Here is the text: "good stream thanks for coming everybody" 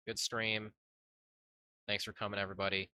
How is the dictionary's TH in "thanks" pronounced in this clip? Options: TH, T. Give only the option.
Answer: TH